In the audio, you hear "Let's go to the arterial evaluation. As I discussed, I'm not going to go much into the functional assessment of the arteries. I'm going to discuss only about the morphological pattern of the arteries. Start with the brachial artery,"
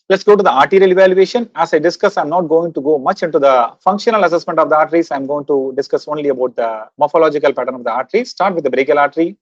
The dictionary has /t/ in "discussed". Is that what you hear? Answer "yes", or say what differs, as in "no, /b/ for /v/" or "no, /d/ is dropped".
no, /t/ is dropped